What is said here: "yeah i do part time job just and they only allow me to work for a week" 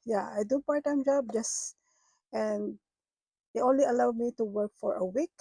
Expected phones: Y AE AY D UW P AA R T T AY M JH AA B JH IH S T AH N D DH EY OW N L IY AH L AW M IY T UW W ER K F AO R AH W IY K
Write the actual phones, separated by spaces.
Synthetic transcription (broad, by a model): Y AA AY D UW P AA R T T AY M JH AA B JH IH S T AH N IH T OW N L IY AH L AW M IY T UW W ER K F AO R AH W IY K